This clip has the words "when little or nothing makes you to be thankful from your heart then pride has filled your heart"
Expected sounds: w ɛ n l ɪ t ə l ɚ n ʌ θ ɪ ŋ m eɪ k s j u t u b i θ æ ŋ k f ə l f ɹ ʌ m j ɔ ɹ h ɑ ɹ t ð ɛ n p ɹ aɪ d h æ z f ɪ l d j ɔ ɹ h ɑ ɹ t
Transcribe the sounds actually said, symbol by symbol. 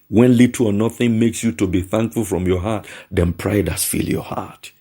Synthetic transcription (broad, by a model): w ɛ n l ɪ t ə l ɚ n ʌ θ ɪ ŋ m eɪ k s j u t u b i θ æ ŋ k f ə l f ɹ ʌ m j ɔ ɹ h ɑ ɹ t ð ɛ n p ɹ aɪ d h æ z f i l j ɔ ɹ h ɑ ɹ t